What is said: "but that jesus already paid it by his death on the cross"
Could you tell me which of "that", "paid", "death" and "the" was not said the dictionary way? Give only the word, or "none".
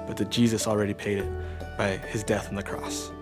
none